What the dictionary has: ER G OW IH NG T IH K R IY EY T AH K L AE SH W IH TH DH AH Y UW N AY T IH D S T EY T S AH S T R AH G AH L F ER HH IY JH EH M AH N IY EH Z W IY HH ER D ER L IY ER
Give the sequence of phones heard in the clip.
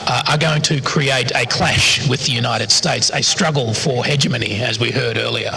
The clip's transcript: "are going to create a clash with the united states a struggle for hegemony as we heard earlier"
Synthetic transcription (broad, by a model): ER G OW IH NG T IH K R IY EY T AH K L AE SH W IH DH AH Y UW N AY T IH D S T EY T S AH S T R AH G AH L F ER HH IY JH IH M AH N IY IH Z W IY HH ER D ER L IY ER